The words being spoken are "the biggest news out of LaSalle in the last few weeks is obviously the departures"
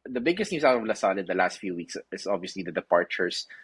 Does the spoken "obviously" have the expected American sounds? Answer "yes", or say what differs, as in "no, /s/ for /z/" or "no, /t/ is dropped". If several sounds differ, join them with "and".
yes